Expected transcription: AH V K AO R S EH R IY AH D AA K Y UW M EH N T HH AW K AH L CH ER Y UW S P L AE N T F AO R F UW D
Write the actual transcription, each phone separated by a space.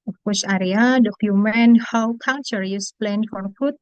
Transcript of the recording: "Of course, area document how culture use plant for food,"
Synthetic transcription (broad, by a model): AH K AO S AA R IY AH D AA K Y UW M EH N HH AW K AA N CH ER Y UW S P L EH N F AO R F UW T